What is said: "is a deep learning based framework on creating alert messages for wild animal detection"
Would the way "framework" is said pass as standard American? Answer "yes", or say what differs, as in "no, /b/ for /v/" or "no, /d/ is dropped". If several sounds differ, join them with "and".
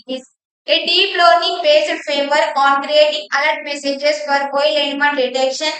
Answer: no, /ɹ/ is dropped and /k/ is dropped